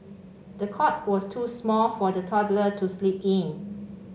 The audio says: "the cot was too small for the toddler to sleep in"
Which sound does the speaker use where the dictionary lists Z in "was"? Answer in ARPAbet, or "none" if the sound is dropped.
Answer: S